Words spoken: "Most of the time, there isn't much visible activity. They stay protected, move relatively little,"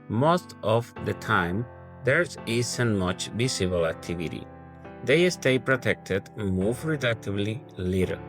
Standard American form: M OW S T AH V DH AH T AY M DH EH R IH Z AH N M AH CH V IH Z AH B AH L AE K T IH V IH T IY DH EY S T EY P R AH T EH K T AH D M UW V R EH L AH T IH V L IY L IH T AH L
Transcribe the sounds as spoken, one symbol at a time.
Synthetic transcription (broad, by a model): M OW S T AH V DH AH T AY M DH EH R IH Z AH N M AH CH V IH S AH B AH L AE K T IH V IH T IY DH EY S T EY P R AH T EH K T AH D M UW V R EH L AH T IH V L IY L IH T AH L